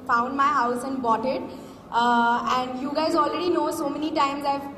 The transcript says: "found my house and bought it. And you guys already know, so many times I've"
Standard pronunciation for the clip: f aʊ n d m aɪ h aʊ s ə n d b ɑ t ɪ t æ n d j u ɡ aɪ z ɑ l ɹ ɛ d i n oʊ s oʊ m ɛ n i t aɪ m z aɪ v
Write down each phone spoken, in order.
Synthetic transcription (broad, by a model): f aʊ n d m aɪ h aʊ s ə n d b ɑ t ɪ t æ n d j u ɡ aɪ z ɑ l ɹ ɛ d i n oʊ s oʊ m ɛ n i t aɪ m z aɪ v